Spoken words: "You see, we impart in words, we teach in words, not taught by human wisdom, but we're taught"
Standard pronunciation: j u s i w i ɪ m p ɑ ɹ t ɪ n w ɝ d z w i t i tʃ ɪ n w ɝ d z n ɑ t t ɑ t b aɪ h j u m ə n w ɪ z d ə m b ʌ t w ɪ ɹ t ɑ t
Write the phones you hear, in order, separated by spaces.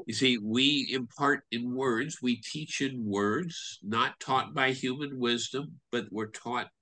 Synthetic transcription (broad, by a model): j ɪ s i w i ɪ m p ɑ ɹ t ɪ n w ɝ d z w i t i tʃ ɪ n w ɝ d z n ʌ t t ɑ t b aɪ h j u m ə n w ɪ z d ə m b ʌ t w ɪ ɹ t ɑ t